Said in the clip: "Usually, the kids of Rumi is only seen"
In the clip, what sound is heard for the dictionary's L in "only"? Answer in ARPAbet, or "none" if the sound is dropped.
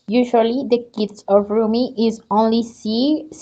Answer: L